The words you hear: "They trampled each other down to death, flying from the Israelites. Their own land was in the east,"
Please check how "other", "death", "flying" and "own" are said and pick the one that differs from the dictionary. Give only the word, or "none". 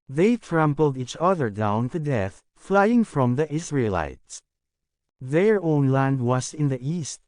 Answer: none